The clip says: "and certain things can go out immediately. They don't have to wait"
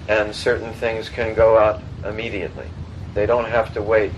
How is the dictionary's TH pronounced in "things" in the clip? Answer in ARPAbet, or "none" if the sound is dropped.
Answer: TH